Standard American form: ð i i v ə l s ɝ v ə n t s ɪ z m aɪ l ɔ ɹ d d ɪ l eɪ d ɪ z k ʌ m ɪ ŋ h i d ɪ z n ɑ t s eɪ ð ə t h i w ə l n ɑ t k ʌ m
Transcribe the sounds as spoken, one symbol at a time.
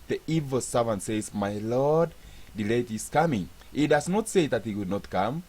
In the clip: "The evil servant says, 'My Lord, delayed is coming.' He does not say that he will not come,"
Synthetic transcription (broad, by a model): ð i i v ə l s ɝ v ə n t s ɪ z m aɪ l ɔ ɹ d d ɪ l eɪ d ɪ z k ʌ m ɪ ŋ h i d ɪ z n ɑ t s eɪ ð ə t h i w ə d n ɑ t k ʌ m